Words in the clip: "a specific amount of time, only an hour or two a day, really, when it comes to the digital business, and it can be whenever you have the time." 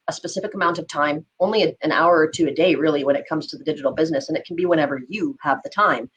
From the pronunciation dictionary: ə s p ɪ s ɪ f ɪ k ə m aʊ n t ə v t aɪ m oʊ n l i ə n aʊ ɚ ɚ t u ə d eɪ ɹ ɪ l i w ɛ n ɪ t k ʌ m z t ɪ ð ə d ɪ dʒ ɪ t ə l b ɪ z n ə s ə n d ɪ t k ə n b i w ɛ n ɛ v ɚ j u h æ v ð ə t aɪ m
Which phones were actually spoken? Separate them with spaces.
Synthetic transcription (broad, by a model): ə s p ɪ s ɪ f ɪ k ə m aʊ n t ə v t aɪ m oʊ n l i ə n aʊ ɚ ɚ t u ə d eɪ ɹ ɪ l i w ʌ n ɪ t k ʌ m z t ɪ ð ə d ɪ dʒ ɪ t l b ɪ z n ə s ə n ɪ t k n b i w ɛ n ɛ v ɚ j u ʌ v ð ə t aɪ m